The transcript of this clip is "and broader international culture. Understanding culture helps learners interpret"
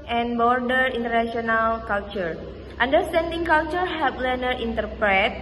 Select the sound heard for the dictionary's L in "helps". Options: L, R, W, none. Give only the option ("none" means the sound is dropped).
none